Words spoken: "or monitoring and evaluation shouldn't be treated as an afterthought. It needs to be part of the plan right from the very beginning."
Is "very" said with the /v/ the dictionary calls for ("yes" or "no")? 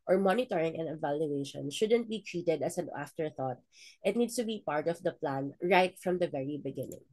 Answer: yes